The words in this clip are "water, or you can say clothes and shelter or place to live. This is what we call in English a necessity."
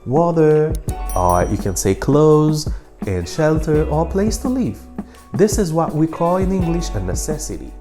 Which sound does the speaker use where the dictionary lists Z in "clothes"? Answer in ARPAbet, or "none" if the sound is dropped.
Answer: Z